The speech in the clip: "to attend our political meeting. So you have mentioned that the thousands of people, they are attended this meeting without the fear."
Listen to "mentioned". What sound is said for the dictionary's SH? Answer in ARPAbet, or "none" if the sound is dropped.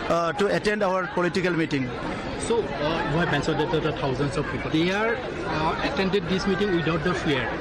S